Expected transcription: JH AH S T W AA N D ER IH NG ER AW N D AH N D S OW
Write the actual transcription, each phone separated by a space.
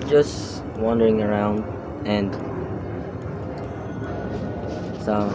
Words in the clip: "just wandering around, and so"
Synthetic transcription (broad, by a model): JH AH S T W AA N D ER IH NG ER AW N D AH N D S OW